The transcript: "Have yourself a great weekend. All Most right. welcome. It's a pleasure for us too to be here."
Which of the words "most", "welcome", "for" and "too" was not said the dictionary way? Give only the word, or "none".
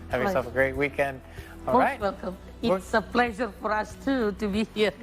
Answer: most